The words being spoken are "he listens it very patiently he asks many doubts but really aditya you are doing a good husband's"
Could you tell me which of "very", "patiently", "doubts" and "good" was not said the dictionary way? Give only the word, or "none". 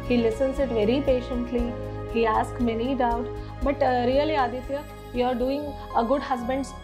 doubts